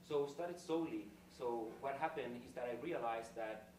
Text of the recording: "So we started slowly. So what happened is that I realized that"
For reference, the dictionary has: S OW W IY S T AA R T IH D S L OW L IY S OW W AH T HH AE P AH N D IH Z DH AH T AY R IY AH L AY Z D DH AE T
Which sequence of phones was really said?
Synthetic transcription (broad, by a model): S OW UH S T AA R T IH D S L OW L IY S OW W AH T HH AE P AH N D IH Z DH AH T AY R IY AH L AY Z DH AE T